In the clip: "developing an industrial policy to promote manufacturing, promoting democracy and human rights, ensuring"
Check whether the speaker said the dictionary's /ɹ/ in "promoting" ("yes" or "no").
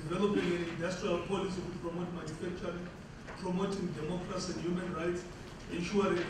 yes